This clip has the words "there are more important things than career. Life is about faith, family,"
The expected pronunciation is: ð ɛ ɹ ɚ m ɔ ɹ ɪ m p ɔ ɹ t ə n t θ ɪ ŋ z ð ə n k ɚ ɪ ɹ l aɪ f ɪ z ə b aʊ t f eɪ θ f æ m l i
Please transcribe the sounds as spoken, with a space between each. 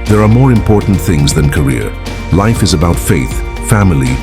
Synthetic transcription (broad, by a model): ð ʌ ɹ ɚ m ɔ ɹ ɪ m p ɔ ɹ t n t θ ɪ ŋ z ð ə n k ɚ ɪ ɹ l aɪ f ɪ z ə b aʊ t f eɪ θ f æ m l i